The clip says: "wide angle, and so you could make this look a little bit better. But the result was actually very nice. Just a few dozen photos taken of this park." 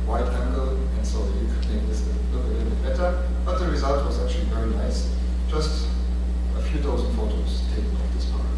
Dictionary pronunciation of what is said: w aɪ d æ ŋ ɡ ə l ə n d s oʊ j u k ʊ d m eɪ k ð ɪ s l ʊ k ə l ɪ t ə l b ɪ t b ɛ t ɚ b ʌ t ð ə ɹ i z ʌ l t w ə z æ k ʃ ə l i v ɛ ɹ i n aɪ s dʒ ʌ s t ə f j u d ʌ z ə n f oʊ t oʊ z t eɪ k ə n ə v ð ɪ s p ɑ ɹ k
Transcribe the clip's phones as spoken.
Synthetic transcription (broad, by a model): w aɪ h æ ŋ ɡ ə l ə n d s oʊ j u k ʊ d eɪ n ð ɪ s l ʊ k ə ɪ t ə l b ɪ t b ɛ t ɚ b ʌ t ð ə ɹ i z ʌ l t w ə z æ k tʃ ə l i v ɛ ɹ i n aɪ s dʒ ʌ s t ə f j u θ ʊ z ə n f oʊ t oʊ z t eɪ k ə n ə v ð ɪ s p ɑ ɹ